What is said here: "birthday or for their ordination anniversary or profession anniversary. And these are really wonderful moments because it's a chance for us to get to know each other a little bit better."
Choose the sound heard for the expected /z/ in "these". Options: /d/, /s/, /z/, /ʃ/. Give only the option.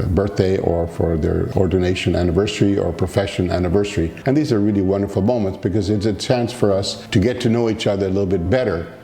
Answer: /z/